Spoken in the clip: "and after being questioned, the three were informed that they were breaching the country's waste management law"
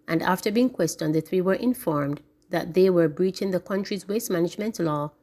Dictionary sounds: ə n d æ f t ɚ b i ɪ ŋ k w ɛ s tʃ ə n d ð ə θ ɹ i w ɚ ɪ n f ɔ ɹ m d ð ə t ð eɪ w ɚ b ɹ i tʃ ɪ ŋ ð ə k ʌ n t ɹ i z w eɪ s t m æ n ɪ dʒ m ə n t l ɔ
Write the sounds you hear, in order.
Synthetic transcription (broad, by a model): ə n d æ f t ɚ b i ɪ ŋ k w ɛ s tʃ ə n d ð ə θ ɹ i w ɚ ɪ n f ɔ ɹ m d ð ə t ð eɪ w ɚ b ɹ i tʃ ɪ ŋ ð ə k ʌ n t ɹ i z w eɪ s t m æ n ɪ dʒ m ə n t l ɔ